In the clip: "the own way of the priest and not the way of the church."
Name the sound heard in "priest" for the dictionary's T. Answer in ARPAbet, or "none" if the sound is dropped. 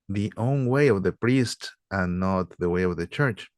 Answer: T